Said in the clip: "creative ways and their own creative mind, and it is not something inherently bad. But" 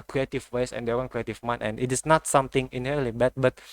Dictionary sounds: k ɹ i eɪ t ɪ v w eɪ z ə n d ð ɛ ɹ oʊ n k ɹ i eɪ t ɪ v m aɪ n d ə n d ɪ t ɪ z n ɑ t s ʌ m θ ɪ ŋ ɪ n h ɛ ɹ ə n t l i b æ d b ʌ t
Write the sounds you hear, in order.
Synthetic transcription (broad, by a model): k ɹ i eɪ t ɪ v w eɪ s ə n d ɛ w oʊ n k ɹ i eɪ t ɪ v m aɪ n ə n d ɪ t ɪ s n ɑ t s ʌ m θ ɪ ŋ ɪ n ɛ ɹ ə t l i b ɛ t b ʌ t